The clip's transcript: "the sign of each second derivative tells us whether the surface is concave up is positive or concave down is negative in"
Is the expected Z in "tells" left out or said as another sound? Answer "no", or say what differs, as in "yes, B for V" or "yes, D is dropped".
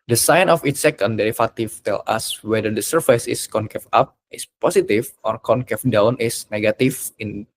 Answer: yes, Z is dropped